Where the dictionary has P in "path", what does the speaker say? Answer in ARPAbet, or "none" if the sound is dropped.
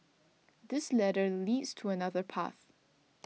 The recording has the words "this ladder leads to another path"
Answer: P